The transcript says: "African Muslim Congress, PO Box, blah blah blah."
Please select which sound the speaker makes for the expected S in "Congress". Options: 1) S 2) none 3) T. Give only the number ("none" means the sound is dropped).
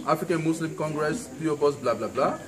1